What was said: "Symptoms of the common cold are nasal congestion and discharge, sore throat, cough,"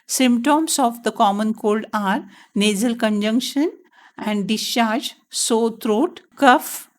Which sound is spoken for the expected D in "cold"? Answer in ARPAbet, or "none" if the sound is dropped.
D